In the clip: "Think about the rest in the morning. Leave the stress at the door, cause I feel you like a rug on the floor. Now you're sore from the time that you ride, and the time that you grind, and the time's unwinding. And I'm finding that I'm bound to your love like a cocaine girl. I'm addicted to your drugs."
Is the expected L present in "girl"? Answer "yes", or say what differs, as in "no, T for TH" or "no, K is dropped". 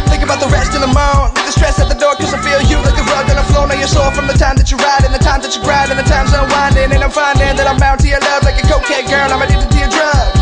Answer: no, N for L